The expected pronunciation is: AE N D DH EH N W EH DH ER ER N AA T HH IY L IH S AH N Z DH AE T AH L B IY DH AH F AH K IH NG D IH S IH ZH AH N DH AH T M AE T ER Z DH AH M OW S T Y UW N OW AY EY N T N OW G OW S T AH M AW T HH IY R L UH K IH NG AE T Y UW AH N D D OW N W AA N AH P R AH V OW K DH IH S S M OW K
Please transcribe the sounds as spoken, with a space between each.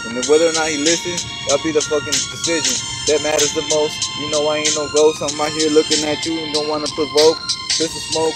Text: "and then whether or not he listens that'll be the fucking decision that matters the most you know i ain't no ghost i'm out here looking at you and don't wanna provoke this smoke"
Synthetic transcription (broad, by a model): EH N W EH DH ER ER N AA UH HH IY L IH S AH N Z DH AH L B IY DH AH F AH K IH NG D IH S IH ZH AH N DH AH T M AE T ER Z DH AH M OW S T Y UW N OW AY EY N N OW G OW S AH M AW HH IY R L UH K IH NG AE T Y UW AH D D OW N W AA N AH P R AH V OW K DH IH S S M OW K